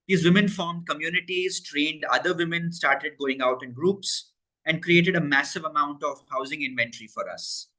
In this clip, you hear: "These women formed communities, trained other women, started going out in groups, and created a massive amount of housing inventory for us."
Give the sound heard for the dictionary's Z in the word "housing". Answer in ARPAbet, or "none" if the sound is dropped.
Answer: Z